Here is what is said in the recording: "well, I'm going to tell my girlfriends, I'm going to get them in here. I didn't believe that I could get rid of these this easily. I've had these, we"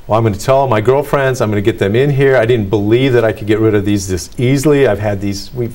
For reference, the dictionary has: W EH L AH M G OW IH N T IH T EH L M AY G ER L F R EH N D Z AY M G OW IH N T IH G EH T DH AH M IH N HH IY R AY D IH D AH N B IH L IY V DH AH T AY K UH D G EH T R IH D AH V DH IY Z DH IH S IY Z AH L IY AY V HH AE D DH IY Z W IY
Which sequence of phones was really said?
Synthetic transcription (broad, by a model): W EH L AH M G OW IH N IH T EH L M AY G ER L F R EH N D Z AY M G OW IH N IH G EH T DH AH M IH N HH IY R AY D IH D N B IH L IY V DH AH T AY K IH D G EH T R IH D AH V DH IY Z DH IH S IY Z L IY AY V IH D DH IY Z W IY